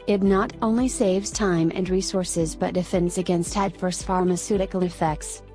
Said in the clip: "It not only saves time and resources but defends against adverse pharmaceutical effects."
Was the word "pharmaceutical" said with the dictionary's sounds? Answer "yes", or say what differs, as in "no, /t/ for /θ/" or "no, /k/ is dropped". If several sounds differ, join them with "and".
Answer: no, /n/ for /l/